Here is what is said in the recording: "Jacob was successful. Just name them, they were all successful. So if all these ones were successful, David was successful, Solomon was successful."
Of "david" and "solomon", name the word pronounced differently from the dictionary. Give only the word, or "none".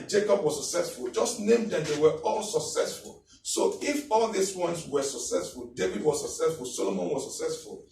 none